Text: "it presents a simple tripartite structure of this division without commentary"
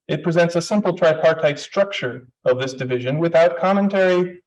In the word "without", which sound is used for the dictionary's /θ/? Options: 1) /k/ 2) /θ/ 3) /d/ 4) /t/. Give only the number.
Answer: 2